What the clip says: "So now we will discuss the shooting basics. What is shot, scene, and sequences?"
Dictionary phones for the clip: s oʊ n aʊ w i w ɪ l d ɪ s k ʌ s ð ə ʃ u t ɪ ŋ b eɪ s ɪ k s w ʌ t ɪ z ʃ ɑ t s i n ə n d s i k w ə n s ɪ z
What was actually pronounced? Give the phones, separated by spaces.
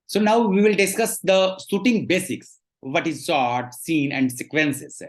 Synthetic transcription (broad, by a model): s oʊ n aʊ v i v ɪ l d ɪ s k ʌ s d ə s u t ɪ ŋ b eɪ s ɪ k s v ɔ t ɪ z s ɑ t s i n ə n d s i k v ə n s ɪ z